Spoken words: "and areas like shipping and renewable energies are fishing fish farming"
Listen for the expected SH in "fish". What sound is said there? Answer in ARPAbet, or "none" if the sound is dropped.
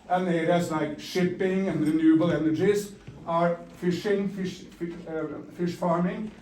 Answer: SH